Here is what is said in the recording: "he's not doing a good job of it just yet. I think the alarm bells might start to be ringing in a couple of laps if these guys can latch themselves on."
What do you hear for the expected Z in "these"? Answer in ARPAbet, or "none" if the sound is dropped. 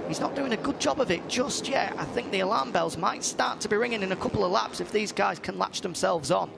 Z